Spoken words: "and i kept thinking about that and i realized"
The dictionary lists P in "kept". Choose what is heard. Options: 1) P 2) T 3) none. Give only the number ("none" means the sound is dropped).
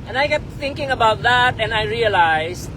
3